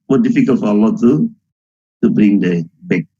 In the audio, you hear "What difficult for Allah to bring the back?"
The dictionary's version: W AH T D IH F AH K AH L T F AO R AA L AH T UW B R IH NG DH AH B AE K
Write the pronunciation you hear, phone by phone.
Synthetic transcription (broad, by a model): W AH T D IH F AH K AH L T F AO L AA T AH T UW B R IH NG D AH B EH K